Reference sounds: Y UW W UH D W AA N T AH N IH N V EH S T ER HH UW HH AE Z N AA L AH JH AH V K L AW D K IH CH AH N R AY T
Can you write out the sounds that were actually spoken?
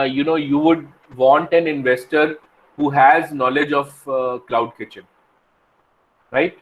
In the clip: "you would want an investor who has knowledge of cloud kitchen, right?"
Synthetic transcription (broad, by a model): Y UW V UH D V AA N T AH N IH N V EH S T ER HH UW HH AE Z N AA L AH JH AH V K L AW D K IH CH AH N R AY T